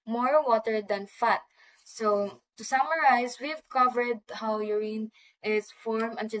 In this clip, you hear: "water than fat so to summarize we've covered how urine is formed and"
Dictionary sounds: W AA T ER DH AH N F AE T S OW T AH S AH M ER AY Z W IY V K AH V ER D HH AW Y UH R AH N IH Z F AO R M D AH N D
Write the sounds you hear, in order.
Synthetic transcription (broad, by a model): W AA T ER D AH N F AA T S OW T AH S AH M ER AY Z W IY V K AH V ER D HH AW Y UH R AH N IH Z F AO R M AH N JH